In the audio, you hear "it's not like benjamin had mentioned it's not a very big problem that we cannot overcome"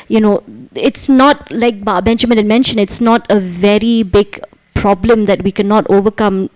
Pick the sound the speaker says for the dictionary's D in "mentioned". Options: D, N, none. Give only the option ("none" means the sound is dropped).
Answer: none